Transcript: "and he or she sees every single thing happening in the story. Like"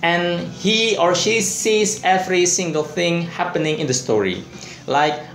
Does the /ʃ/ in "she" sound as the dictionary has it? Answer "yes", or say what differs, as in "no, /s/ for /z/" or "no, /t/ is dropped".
yes